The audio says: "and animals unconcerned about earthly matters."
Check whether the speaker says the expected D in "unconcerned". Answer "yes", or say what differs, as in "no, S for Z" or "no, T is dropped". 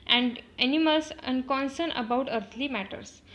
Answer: no, D is dropped